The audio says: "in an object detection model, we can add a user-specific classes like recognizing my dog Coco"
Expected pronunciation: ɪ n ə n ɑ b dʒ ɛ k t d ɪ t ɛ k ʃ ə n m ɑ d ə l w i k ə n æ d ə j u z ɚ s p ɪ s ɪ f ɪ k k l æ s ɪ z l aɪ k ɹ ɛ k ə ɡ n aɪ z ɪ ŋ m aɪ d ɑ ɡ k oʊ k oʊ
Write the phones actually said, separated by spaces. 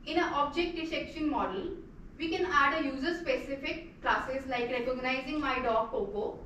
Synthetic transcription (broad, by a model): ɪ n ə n ɑ b dʒ ɛ k t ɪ s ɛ k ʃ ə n m ɑ d ə l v i k ə n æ d ə j u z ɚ s p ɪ s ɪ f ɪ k k l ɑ s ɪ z l aɪ k ɹ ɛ k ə ɡ n aɪ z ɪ ŋ m aɪ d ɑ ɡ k oʊ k oʊ